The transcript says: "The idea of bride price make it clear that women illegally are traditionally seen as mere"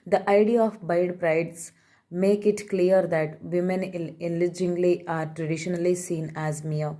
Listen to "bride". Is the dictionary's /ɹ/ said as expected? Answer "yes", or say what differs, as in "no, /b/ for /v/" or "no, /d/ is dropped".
no, /ɹ/ is dropped